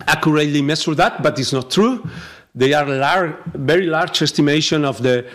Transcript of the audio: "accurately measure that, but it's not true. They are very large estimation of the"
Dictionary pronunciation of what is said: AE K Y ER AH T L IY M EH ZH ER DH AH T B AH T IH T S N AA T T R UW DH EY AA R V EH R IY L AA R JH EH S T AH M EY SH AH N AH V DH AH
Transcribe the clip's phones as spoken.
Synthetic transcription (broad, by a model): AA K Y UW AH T L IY M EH S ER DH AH T B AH T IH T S N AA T T R UW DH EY AA R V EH R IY L AA R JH EH S T AH M EY SH AH N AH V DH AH